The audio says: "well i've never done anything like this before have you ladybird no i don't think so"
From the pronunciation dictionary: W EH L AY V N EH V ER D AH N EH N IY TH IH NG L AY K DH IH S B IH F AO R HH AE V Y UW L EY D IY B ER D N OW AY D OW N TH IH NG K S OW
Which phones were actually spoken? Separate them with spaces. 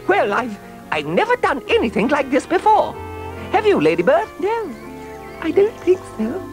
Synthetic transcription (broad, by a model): W EH L AY V N EH V ER D AH N EH N IY TH IH NG L AY K DH IH S B IH F AO R HH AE V Y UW L EY D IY B ER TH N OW AY D OW N TH IH NG K S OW